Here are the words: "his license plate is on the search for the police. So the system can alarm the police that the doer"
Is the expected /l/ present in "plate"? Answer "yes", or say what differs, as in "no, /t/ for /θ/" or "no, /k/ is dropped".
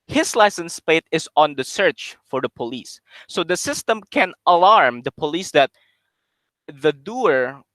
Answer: no, /l/ is dropped